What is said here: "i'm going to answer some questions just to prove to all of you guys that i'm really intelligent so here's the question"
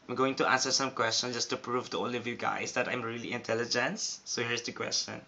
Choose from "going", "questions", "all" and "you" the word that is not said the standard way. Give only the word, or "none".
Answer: questions